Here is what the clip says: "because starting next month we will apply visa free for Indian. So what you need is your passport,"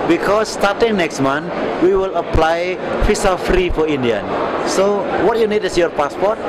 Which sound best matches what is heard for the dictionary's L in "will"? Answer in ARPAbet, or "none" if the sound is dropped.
L